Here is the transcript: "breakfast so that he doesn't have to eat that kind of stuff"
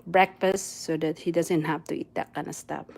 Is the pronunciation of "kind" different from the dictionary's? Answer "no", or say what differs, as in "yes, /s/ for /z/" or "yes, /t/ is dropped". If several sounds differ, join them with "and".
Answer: yes, /d/ is dropped